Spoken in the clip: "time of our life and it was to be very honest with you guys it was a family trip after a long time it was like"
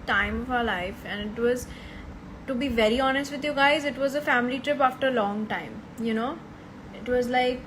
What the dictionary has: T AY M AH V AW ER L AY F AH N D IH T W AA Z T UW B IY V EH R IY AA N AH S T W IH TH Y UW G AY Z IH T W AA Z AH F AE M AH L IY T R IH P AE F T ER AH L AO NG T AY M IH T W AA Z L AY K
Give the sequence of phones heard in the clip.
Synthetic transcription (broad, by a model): T AY M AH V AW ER L AY F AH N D IH T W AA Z T UW B IY V EH R IY AA N AH S T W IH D Y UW G AY Z IH T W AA Z AH F AE M AH L IY T R IH P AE F T ER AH L AO NG T AY M IH T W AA Z L AY K